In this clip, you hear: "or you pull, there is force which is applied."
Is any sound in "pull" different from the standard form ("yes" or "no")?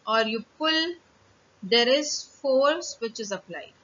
no